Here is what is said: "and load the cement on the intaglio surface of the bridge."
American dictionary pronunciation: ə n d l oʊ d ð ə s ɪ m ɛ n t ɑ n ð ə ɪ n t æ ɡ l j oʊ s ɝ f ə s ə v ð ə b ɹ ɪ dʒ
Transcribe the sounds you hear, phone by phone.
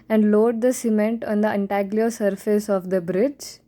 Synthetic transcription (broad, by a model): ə n d l oʊ d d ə s ɪ m ɛ n t ɑ n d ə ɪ n t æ ɡ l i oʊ s ɝ f ə s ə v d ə b ɹ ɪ dʒ